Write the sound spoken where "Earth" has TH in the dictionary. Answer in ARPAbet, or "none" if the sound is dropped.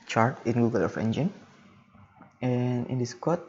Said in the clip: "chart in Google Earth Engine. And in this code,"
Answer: F